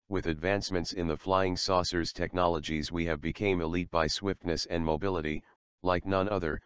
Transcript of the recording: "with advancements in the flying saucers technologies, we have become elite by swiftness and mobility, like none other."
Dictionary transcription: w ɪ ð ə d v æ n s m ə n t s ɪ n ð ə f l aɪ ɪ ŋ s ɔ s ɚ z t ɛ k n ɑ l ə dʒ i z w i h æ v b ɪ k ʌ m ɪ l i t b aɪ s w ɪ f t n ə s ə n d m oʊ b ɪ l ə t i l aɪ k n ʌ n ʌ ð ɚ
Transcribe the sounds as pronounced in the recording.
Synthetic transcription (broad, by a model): w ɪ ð ə d v æ n s m ə n t s ɪ n ð ə f l aɪ ɪ ŋ s ɔ s ɚ z t ɛ k n ɑ l ə dʒ i z w i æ v b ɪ k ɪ m ɪ l i t b aɪ s w ɪ f t n ə s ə n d m oʊ b ɪ l ə t i l aɪ k n ʌ n ʌ ð ɚ